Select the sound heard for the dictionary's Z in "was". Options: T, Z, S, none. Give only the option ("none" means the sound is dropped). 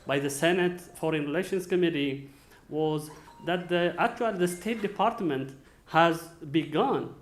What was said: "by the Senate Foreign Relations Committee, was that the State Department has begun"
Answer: Z